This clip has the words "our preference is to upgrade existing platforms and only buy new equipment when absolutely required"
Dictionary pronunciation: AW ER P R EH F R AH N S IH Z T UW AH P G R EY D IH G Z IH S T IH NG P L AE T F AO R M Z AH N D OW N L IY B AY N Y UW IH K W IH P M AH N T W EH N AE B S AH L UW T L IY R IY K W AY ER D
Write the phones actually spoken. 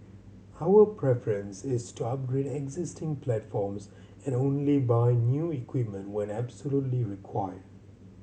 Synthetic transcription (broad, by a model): AW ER P R EH F R AH N S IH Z T UW AH P G R EY D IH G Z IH S T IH NG P L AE T F AO R M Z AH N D OW N L IY B AY N Y UW IH K W IH P M AH N T W EH N AE B S AH L UW T L IY R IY K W AY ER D